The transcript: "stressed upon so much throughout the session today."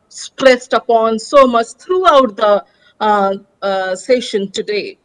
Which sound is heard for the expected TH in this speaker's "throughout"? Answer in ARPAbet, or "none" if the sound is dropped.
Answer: T